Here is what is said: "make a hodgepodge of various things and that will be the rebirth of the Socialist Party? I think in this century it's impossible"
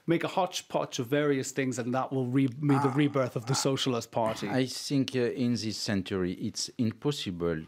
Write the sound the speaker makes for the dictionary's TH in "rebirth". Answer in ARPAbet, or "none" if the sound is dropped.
TH